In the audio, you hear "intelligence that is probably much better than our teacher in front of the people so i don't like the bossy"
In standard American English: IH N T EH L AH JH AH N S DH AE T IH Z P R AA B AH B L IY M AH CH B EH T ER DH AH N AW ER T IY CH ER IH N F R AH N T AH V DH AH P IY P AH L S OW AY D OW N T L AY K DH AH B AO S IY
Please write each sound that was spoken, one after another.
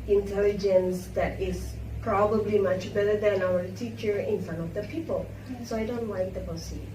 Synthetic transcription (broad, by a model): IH N T EH L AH JH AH N S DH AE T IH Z P R AA B AH B L IY M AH CH B EH T ER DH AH N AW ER T IY CH ER IH N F AH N AH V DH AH P IY P AH L S OW AY D OW N T L AY K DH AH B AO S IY